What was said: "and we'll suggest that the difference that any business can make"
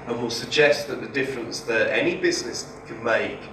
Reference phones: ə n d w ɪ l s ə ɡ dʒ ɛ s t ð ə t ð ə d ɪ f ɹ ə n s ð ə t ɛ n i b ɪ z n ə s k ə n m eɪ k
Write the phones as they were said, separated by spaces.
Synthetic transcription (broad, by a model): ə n w ɪ l s ə ɡ dʒ ɛ s t ð ə t ð ə d ɪ f ɹ ə n s ð ə t ɛ n i b ɪ z n ə s k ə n m eɪ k